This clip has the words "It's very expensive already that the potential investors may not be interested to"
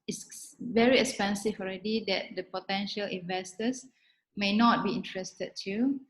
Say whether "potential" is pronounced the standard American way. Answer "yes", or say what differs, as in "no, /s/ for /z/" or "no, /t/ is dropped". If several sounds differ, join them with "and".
yes